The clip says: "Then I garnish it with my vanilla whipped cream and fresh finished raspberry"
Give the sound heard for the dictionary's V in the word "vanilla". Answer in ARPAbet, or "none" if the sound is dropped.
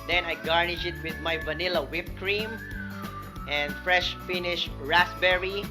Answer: V